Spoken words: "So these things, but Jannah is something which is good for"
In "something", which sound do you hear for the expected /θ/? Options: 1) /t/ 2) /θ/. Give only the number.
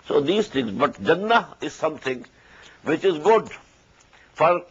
1